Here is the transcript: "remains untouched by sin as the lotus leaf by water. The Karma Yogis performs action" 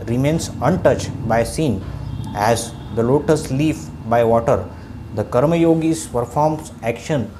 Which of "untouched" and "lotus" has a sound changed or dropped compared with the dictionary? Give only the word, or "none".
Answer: none